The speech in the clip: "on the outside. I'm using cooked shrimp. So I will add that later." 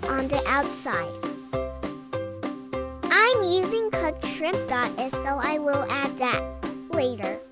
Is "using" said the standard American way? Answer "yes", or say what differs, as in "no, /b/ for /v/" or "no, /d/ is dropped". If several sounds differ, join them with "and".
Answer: yes